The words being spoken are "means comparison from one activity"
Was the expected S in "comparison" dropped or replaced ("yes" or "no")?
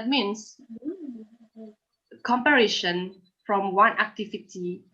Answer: yes